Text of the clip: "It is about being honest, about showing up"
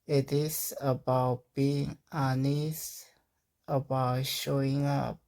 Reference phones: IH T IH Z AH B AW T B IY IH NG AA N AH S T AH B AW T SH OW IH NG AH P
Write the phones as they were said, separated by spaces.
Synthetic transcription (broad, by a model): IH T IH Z AH B AW T B IY IH NG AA N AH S AH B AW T SH OW IH NG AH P